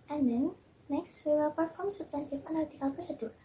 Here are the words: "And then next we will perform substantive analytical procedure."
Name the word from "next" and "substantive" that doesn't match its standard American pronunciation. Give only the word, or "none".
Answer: substantive